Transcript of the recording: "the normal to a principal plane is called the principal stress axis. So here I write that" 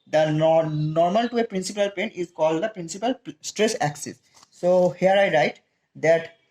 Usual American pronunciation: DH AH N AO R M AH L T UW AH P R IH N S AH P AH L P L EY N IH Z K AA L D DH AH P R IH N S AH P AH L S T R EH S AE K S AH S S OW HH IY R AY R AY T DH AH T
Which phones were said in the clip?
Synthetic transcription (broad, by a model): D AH N AO R M AH L T UW AH P R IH N S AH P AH L P EY N IH Z K AA L D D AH P R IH N S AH P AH L S T R EH S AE K S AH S S OW HH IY R AY R AY T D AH T